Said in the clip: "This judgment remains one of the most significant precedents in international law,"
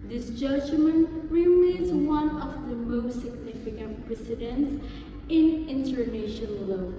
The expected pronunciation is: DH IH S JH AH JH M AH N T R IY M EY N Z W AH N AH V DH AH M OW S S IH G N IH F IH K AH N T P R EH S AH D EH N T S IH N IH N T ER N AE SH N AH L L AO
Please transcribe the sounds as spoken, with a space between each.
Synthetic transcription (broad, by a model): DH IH S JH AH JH M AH N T R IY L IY Z W AH N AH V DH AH M OW S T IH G N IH F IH K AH N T P R EH S AH D EH N T S IH N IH N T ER N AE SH AH N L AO